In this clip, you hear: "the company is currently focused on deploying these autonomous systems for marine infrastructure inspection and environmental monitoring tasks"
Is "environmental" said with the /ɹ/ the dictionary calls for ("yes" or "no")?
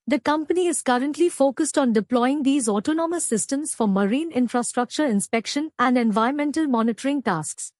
no